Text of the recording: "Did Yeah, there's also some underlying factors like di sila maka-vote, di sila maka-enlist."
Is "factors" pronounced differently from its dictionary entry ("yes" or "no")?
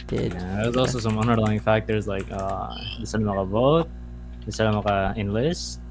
no